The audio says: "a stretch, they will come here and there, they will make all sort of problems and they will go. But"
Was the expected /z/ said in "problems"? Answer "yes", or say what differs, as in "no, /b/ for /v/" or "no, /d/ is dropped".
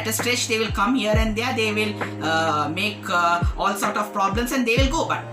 no, /s/ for /z/